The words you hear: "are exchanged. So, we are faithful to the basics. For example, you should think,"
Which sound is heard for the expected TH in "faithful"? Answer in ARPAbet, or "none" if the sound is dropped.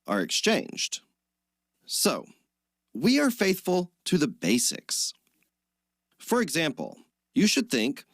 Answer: TH